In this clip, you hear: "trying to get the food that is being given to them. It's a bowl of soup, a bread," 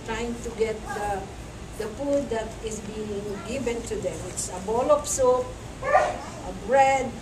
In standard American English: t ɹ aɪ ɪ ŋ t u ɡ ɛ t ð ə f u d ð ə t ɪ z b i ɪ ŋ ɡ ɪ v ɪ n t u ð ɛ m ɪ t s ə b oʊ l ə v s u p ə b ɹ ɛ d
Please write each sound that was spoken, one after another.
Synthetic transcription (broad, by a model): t ɹ aɪ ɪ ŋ t u ɡ ɛ t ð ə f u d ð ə t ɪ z b i ɪ ŋ ɡ ɪ v ɪ n t u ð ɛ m ɪ t s ə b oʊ l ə p s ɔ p ə b ɹ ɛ d